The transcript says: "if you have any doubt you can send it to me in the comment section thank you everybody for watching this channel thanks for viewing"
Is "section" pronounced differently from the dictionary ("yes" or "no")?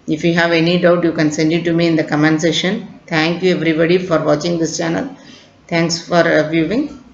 yes